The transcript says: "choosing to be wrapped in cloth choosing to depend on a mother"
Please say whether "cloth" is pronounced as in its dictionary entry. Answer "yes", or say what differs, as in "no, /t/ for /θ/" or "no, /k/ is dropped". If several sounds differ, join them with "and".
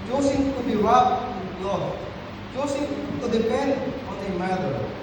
no, /f/ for /θ/